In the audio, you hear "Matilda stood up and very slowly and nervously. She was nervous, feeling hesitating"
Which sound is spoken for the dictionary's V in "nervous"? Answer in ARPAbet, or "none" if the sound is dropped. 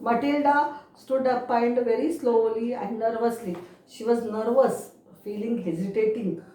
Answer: V